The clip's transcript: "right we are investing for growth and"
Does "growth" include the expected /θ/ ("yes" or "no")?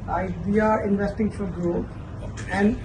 no